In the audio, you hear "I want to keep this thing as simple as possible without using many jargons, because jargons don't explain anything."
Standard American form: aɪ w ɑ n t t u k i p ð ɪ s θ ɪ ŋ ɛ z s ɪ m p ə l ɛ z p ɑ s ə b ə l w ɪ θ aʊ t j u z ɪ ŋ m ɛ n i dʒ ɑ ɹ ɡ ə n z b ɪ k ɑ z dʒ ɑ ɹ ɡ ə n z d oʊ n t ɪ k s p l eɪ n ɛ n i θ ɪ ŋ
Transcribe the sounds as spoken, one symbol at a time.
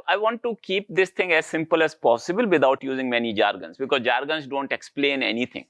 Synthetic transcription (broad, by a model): aɪ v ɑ n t t u k i p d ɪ s t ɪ ŋ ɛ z s ɪ m p ə l ɛ z p ɑ s ə b ə l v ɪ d aʊ t j u z ɪ ŋ m ɛ n i dʒ ɑ ɹ ɡ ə n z b ɪ k ɑ z dʒ ɑ ɹ ɡ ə n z d oʊ n t ɪ k s p l eɪ n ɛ n i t ɪ ŋ